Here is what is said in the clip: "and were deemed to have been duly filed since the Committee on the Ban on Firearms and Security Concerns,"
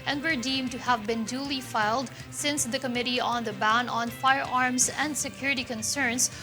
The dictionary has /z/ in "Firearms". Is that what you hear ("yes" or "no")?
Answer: no